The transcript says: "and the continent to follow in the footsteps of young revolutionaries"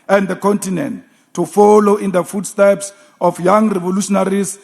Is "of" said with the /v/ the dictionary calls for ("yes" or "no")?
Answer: no